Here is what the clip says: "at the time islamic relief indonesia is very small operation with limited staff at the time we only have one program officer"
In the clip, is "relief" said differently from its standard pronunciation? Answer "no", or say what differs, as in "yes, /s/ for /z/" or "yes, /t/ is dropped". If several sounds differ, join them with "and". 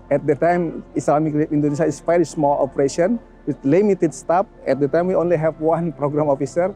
yes, /l/ is dropped